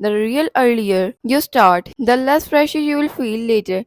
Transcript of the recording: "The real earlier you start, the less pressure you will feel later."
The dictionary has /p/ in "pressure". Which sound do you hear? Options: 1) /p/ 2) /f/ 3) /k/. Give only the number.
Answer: 2